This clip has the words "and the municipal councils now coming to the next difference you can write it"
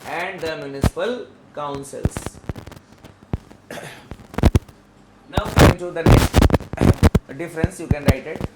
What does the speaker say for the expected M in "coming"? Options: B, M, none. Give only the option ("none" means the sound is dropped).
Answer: none